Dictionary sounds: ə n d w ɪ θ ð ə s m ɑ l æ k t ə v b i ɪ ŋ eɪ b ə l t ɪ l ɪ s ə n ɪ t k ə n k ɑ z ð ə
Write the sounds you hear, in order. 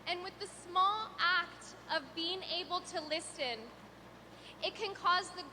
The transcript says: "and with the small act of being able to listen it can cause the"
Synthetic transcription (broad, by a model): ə n w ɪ ð ə s m ɑ l æ k t ə v b i ɪ ŋ eɪ b l t ɪ l ɪ s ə n ɪ t k ə n k ɑ z ð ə